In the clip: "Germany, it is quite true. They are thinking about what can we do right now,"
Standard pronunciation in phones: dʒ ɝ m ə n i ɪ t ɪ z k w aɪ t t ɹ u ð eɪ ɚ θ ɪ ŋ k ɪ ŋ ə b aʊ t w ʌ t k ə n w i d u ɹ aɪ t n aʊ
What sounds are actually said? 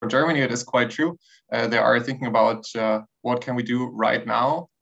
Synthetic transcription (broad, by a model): dʒ ɝ m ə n i ɪ t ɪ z k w aɪ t t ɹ u ð eɪ ɚ θ ɪ ŋ k ɪ ŋ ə b aʊ t w ʌ t k ə n w i d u ɹ aɪ t n aʊ